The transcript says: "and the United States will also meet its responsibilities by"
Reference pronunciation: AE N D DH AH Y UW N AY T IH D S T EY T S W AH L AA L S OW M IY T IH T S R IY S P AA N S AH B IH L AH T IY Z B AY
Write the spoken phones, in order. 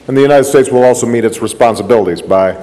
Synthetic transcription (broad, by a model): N DH AH Y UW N AY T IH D S T EY T S W AH L AA L S OW M IY T IH T S R IY S P AA N S AH B IH L AH T IY Z B AY